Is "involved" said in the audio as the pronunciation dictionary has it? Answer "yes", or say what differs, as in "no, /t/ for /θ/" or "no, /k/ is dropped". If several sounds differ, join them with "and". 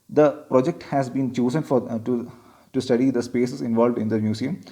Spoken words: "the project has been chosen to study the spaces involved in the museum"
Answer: yes